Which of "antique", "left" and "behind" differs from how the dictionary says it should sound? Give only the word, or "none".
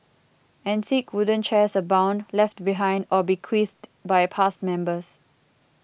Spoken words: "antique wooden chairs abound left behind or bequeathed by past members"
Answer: antique